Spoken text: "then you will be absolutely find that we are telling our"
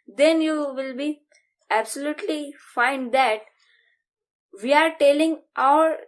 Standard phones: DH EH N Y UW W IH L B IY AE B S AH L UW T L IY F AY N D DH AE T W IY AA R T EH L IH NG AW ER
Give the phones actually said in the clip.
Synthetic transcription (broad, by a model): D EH N Y UW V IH L B IY AE B S AH L UW T L IY F AY N D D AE T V IY AA R T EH L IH NG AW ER